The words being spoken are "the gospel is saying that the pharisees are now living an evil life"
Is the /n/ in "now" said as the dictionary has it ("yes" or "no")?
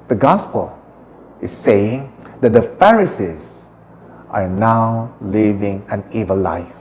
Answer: yes